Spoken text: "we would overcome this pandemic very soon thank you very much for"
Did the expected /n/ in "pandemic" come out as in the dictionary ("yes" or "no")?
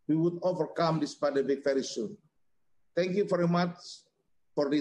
no